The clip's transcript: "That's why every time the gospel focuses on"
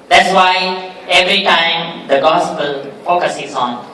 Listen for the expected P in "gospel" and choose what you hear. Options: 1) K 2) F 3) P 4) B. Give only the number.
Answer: 3